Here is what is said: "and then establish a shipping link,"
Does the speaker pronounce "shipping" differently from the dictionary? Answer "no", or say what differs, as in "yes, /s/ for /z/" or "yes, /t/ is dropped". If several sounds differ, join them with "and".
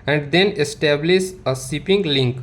yes, /s/ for /ʃ/